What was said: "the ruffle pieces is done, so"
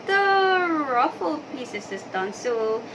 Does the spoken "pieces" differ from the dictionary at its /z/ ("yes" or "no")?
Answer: yes